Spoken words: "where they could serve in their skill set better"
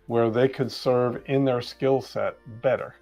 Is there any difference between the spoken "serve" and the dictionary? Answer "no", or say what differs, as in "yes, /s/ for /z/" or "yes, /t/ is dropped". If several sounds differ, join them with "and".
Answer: no